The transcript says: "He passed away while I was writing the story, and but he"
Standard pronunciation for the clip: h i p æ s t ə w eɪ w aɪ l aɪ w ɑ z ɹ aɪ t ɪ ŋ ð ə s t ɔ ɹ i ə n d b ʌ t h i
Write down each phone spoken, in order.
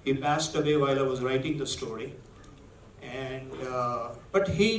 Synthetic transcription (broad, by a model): h i p æ s t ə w eɪ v aɪ l aɪ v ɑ z ɹ aɪ t ɪ ŋ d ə s t ɔ ɹ i ə n d b ʌ t h i